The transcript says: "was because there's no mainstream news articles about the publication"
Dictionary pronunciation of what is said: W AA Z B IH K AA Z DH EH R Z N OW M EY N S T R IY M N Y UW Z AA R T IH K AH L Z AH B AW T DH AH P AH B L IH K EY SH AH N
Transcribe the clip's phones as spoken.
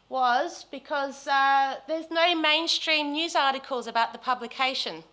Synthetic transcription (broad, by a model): W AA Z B IH K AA Z DH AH Z N OW M EY N S T R IY M N Y UW Z AA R T IH K AH L Z AH B AW T DH AH P AH B L IH K EY SH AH N